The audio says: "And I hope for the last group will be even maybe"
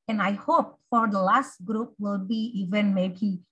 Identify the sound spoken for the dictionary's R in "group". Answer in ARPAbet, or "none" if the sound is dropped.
R